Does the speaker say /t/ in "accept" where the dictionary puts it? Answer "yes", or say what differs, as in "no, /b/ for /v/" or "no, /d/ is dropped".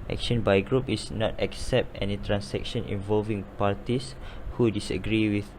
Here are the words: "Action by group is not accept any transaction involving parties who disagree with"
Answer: yes